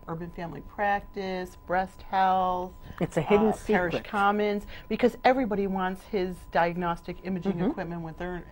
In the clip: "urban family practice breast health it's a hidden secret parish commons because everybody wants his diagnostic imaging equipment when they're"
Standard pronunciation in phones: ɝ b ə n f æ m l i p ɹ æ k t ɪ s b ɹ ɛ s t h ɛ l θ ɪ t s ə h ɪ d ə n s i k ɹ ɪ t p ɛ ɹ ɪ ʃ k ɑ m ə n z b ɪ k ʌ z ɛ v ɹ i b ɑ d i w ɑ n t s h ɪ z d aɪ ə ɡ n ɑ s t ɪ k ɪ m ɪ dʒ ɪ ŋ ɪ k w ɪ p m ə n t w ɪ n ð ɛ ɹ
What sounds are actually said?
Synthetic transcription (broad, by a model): ɝ b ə n f æ m l i p ɹ æ k t ɪ s b ɹ ɛ s t h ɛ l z ɪ t s ə h ɪ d n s p ɛ ɹ ɪ ʃ k ɑ m ə n z b ɪ k ʌ z ɛ v ɹ i b ɑ d i w ɑ n t s h ɪ z d aɪ ə ɡ n ɑ s t ɪ k ɪ m ɪ dʒ ɪ ŋ ɪ k w ɪ p m ə n t w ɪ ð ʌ ɹ